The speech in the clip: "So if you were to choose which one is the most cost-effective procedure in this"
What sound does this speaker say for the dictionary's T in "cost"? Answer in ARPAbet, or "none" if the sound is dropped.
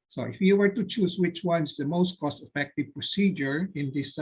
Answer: T